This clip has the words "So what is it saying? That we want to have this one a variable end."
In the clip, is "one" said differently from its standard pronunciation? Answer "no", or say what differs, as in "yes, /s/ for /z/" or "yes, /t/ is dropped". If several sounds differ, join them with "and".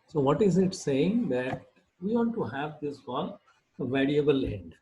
yes, /l/ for /n/